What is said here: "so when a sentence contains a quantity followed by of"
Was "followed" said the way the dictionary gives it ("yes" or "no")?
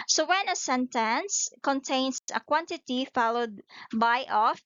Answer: yes